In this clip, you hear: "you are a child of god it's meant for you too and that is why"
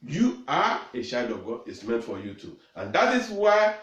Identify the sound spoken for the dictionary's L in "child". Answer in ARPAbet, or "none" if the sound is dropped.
none